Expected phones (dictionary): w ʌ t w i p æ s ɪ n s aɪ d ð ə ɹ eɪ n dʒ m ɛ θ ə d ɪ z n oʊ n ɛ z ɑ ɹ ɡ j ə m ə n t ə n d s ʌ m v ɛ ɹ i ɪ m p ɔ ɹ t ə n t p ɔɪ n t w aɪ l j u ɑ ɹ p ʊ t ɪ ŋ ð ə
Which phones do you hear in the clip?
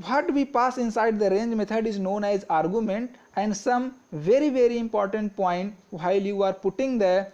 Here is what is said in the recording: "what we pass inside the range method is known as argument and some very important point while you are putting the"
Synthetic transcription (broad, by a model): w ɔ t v i p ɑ s ɪ n s aɪ d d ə ɹ eɪ n dʒ m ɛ t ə d ɪ z n oʊ n ɛ z ɑ ɹ ɡ j ə m ə n t ə n d s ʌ m v ɛ ɹ i ɪ m p ɔ ɹ t ə n t p ɔɪ n t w aɪ l j u ɑ ɹ p ʊ t ɪ ŋ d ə